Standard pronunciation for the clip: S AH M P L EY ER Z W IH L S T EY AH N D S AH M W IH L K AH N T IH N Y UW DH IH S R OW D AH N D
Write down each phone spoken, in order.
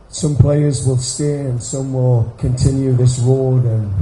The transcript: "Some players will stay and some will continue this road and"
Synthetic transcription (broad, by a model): S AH M P L EY ER Z W IH L S T EY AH N S AH M W IH L K AH N T IH N Y UW DH IH S R OW D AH N